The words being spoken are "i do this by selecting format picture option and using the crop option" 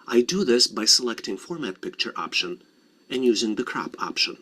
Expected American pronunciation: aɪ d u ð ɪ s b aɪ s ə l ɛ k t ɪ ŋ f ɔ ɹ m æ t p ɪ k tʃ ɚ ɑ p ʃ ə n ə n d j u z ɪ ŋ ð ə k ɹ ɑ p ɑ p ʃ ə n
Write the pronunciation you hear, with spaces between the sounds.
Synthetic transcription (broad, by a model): aɪ d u ð ɪ s b aɪ s ə l ɛ k t ɪ ŋ f ɔ ɹ m æ t p ɪ k tʃ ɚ ɑ p ʃ ə n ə n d j u z ɪ ŋ ð ə k ɹ ɑ p ɑ p ʃ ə n